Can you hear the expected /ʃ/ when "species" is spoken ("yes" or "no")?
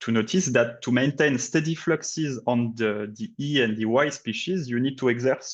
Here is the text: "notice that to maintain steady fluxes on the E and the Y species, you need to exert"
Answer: yes